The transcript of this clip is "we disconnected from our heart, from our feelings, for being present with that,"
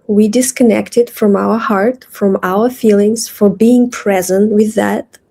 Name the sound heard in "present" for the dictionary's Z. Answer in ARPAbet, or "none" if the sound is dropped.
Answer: Z